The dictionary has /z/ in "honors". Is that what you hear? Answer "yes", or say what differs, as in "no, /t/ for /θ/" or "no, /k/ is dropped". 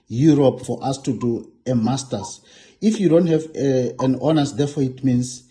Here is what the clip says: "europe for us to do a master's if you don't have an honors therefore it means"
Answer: no, /s/ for /z/